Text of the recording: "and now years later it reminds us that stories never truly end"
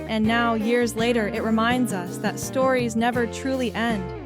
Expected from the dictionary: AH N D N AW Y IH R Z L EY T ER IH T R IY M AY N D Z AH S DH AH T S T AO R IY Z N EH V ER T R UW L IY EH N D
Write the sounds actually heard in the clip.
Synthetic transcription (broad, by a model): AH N N AW Y IH R Z L EY T ER IH T R IY M AY N D Z AH S DH AH T S T AO R IY Z N EH V ER T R UW L IY EH N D